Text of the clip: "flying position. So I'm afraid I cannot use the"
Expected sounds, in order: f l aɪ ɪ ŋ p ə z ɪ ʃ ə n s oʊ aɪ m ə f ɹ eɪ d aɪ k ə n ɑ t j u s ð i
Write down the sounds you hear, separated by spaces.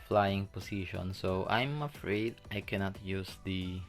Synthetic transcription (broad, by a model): f l aɪ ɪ ŋ p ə s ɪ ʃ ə n s oʊ aɪ m ə f ɹ eɪ d aɪ k ə n ɑ t j u s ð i